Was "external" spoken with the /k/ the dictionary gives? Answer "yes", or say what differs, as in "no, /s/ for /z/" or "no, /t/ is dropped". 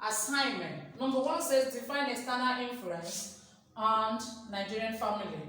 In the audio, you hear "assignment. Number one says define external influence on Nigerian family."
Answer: no, /k/ is dropped